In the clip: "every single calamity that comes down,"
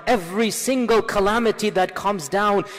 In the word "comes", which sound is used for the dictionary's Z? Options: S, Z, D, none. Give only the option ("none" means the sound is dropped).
Z